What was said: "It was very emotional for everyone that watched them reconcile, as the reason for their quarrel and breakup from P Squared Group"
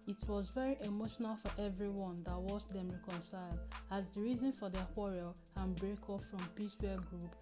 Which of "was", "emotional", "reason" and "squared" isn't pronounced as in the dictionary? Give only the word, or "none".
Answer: squared